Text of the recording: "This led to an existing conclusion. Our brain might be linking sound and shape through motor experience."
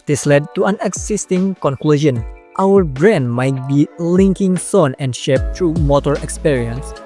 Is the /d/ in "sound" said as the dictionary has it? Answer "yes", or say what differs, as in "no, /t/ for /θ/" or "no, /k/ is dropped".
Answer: no, /d/ is dropped